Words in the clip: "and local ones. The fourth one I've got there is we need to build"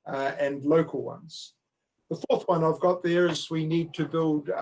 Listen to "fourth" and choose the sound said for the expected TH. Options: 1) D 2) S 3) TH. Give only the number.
3